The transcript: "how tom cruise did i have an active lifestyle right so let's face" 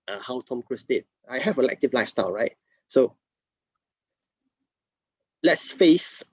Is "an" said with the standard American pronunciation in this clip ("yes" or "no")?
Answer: no